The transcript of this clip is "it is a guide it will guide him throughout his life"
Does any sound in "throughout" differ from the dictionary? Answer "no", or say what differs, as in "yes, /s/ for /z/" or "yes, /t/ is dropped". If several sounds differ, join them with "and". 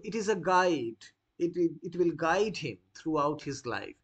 yes, /t/ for /θ/